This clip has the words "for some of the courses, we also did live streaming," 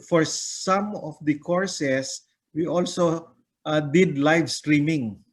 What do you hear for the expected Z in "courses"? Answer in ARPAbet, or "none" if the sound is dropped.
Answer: S